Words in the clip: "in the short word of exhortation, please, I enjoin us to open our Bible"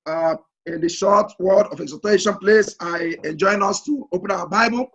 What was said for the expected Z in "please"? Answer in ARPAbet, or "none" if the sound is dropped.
S